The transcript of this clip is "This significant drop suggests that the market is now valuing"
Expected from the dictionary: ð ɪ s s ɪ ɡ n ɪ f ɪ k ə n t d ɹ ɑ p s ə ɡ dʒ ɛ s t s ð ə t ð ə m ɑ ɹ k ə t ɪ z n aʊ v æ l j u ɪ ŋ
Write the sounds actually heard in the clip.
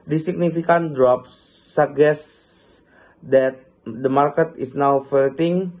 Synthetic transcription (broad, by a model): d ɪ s s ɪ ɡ n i f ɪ k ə n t d ɹ ɑ p s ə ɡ ɛ s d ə t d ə m ɑ ɹ k ə t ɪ s n aʊ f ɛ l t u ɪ ŋ